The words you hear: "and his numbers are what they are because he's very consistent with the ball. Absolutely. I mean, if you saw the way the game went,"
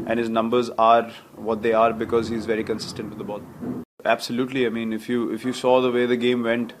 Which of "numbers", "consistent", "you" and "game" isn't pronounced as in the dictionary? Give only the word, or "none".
none